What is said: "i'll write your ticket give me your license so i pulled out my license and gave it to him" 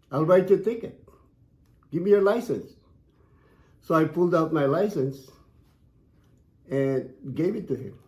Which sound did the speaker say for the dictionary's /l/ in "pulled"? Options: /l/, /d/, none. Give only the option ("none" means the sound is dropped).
/l/